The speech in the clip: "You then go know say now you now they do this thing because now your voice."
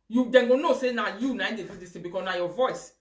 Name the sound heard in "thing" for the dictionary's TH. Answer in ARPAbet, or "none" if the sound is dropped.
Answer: T